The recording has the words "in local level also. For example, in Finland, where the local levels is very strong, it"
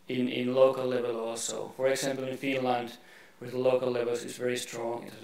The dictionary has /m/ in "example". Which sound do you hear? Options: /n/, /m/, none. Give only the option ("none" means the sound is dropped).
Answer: /m/